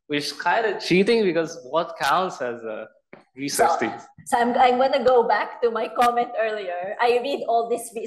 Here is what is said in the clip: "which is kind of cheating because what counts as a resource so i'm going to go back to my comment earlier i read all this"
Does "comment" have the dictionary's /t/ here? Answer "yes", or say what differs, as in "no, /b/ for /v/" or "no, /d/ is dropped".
yes